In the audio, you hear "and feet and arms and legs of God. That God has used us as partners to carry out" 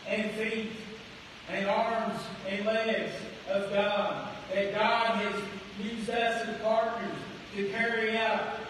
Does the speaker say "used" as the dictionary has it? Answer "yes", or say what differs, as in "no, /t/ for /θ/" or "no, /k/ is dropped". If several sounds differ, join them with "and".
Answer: no, /d/ is dropped